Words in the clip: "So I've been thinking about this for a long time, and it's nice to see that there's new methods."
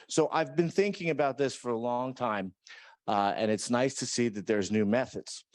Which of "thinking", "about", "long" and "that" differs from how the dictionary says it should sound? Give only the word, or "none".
none